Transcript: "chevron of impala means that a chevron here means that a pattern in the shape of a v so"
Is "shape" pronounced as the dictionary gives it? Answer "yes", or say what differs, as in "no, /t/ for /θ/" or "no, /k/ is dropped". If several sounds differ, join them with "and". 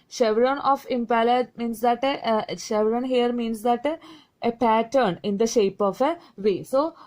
yes